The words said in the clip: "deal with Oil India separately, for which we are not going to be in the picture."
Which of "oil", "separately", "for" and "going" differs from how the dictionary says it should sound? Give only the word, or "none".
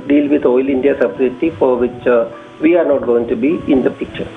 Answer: separately